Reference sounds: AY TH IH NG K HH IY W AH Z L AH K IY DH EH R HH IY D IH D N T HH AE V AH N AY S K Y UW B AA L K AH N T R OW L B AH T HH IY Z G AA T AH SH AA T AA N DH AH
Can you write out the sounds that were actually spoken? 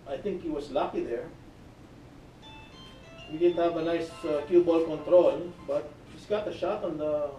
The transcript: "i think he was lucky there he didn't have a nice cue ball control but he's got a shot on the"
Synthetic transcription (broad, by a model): AY TH IH NG K HH IY W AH S L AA K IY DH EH R HH IY D IH D N T HH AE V AH N AY S K Y UW B AA L K AH N T R OW L B AH T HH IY S G AA T AH SH AA T AA N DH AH